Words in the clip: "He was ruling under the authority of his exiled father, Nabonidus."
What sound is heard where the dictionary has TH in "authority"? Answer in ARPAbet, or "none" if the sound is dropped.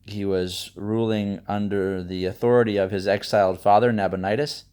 TH